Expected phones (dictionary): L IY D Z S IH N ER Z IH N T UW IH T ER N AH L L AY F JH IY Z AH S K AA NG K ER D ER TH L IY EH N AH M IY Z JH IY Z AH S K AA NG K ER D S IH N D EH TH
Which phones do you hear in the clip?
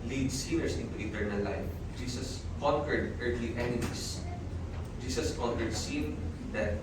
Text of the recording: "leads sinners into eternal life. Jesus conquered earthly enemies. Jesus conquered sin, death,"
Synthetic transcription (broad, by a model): L IY D S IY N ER S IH N T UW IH T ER N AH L L AY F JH IY S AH S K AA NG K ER D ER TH L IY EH N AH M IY S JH IY S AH S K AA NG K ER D S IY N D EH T